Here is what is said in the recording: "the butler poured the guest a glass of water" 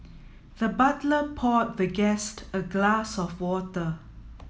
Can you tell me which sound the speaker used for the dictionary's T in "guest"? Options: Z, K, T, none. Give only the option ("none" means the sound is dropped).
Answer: T